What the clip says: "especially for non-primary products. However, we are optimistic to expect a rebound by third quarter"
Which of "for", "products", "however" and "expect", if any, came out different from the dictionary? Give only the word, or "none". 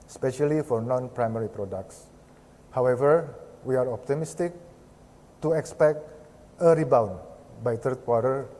none